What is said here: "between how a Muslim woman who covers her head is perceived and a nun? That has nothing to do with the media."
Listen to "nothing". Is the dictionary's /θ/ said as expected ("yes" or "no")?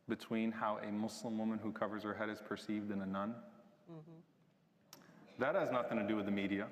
yes